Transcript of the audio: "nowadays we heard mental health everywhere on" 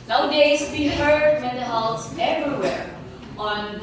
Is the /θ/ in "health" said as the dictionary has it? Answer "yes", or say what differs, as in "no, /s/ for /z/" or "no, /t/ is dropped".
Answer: no, /s/ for /θ/